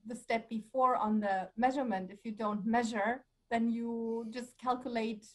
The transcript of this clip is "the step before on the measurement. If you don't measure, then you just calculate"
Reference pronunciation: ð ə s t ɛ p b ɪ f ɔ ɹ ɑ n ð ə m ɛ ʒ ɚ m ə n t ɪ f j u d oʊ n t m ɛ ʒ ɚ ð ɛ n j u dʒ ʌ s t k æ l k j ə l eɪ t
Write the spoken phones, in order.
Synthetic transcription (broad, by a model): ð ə s t ɛ p b ɪ f ɔ ɹ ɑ n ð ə m ɛ ʒ ɚ m ə n t ɪ f j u d oʊ n t m ɛ ʒ ɚ ð ɛ n j u dʒ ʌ s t k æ l k j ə l eɪ t